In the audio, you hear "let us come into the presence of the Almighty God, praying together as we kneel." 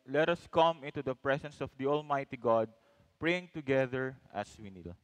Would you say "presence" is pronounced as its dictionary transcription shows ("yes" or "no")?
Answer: no